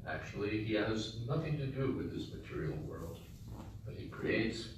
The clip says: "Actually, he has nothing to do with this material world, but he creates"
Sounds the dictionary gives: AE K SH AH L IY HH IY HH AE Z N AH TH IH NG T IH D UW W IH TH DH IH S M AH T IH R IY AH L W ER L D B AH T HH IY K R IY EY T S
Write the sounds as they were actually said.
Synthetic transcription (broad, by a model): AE K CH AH L IY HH IY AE Z N AH TH IH NG T IH D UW W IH DH IH S M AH T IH R IY L W ER L D B AH T HH IY K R IY EY T S